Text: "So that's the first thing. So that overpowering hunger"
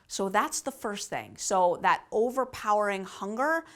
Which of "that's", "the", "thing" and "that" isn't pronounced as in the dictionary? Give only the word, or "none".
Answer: none